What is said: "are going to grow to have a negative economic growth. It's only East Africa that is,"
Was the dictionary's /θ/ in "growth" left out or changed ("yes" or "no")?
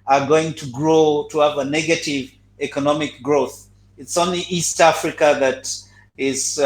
no